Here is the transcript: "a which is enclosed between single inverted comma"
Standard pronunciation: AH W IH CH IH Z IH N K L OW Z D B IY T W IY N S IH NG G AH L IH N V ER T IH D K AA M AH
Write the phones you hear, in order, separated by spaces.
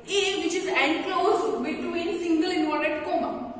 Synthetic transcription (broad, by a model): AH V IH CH IH Z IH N K L OW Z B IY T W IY N S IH NG G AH L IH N AO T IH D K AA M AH